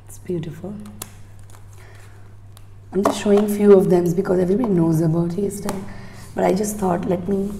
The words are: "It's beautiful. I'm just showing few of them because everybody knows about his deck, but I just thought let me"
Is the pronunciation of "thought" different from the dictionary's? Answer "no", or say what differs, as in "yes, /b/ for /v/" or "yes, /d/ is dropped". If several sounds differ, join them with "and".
yes, /t/ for /θ/